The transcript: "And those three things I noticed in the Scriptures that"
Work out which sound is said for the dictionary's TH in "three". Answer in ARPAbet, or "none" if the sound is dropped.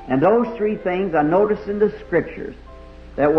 TH